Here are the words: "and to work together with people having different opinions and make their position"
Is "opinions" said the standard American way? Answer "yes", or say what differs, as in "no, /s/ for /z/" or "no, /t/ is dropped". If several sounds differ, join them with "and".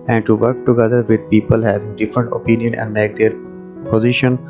no, /z/ is dropped